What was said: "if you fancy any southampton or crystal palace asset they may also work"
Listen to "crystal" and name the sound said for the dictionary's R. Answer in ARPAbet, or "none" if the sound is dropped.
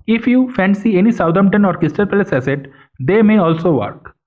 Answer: none